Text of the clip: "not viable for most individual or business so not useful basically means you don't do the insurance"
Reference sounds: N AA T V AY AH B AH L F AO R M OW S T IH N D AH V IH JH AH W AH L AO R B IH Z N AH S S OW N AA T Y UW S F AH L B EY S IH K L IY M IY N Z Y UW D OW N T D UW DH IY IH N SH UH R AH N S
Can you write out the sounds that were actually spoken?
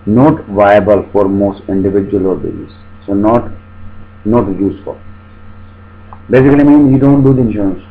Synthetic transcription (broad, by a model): N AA T V AY AH B AH L F AO R M OW S T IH N D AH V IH JH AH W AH L AO R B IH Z AH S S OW N AA T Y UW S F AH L B EY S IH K L IY M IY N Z Y UW D OW N T D UW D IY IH N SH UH R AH N S